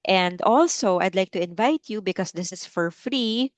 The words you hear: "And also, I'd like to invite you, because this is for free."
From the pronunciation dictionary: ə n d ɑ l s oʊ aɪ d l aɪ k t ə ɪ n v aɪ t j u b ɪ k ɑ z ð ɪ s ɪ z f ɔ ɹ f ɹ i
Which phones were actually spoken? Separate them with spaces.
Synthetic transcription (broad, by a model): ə n d ɑ l s oʊ aɪ d l aɪ k t ə ɪ n v aɪ t j u b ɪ k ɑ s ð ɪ s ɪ s f ɔ ɹ f ɹ i